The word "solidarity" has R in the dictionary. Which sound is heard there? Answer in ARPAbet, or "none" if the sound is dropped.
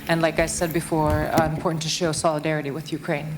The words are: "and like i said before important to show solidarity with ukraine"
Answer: R